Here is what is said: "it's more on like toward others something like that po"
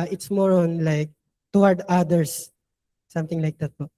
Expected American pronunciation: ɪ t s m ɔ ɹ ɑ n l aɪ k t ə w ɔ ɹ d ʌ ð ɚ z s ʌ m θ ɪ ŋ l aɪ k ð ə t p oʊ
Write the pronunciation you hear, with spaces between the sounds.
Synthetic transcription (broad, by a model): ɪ t s m ɔ ɹ ɑ n l aɪ k t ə w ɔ ɹ d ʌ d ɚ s s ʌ m t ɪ ŋ l aɪ k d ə t p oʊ